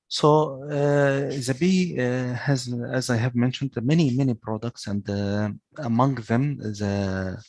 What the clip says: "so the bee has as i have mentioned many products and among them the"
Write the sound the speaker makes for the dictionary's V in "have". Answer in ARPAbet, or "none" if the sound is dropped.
V